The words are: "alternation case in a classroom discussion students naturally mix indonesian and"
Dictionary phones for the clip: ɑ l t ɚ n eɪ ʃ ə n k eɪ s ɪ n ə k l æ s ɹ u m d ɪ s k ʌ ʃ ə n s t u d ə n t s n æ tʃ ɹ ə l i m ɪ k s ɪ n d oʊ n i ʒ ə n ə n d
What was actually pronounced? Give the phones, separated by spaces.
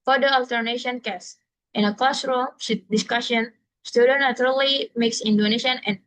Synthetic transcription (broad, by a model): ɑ l t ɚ n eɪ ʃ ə n k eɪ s ɪ n ə k l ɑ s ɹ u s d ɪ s k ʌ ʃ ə n s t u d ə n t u ɹ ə l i m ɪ k s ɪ n d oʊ n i ʃ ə n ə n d